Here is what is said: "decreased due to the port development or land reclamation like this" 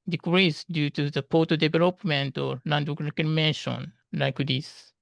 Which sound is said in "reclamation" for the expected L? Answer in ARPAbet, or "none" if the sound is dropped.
none